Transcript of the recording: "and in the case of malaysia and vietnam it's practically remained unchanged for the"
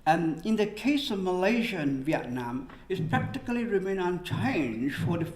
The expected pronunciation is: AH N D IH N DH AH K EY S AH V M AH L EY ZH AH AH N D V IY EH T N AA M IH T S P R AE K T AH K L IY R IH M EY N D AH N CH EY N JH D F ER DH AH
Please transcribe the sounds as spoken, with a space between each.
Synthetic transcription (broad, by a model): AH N IH N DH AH K EY S AH V M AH L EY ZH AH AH N V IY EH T N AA M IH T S P R AE K T AH K L IY R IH M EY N AH N CH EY N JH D F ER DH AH